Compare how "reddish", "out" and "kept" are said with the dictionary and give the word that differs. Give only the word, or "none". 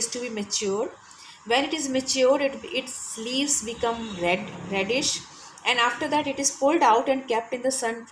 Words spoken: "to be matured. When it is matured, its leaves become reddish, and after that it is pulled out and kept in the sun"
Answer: none